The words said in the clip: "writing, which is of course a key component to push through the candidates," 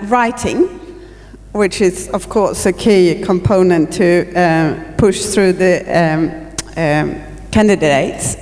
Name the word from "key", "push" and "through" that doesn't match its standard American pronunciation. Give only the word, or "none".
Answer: none